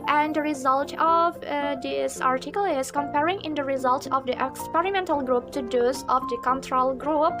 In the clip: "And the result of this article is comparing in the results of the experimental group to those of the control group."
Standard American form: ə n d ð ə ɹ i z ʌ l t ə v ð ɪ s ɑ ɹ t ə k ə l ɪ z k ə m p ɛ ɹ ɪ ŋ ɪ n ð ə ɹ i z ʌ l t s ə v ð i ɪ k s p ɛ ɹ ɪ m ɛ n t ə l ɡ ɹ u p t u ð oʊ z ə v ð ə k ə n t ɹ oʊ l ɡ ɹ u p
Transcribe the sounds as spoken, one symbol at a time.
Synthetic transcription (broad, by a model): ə n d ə ɹ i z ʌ l t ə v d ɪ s ɑ ɹ t ə k ə l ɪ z k ə m p ɛ ɹ ɪ ŋ ɪ n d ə ɹ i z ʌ l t ə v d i ɪ k s p ɛ ɹ ɪ m ɛ n t ə l ɡ ɹ u p t u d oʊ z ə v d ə k ə n t ɹ oʊ l ɡ ɹ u p